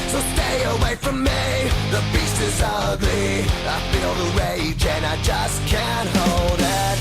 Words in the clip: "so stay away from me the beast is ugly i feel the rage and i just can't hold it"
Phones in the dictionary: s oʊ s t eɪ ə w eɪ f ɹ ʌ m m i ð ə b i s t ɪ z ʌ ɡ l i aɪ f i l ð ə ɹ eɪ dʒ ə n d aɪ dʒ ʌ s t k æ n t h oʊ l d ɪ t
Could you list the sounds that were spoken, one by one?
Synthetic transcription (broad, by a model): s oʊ s t eɪ ə w eɪ f ɹ ʌ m m i ð ə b i s ɪ z ʌ ɡ l i aɪ f i l ð ə ɹ eɪ dʒ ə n aɪ dʒ ʌ s k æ n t h oʊ l d ɪ t